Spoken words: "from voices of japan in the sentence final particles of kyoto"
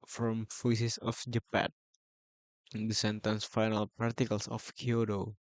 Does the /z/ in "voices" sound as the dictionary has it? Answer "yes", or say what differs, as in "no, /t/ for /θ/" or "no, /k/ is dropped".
no, /s/ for /z/